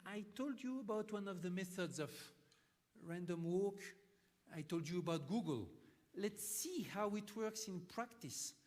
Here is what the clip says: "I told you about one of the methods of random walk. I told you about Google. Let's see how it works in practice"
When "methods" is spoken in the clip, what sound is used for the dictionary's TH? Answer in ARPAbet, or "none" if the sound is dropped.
TH